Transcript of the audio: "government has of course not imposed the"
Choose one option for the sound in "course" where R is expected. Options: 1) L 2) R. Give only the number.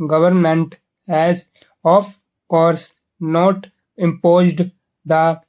2